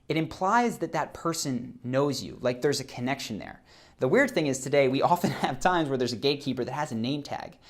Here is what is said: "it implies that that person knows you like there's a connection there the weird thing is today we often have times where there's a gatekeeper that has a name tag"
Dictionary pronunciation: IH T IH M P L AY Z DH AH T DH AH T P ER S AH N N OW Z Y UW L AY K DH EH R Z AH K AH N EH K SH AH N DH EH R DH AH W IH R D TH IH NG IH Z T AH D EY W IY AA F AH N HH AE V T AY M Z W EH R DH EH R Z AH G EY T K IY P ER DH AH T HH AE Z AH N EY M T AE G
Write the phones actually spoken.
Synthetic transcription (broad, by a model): IH T IH M P L AY Z DH AH T DH AH T P ER S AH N N OW Z Y UW L AY K DH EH R Z AH K AH N EH K SH AH N DH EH R DH AH W IH R D TH IH NG IH Z T AH D EY W IY AA F AH N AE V T AY M Z W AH R DH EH R Z AH G EY T K IY P ER DH AH T HH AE Z AH N EY M T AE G